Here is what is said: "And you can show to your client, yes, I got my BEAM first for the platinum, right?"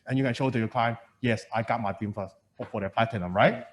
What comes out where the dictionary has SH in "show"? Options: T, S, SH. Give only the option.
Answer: SH